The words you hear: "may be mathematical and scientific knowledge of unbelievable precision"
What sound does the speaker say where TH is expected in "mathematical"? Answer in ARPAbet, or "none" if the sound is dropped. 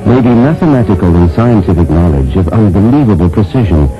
TH